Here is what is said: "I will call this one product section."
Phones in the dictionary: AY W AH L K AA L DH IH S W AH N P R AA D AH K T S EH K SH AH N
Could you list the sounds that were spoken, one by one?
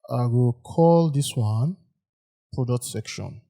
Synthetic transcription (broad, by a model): AY W AH L K AA L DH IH S W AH N P R AA D AH K T S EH K SH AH N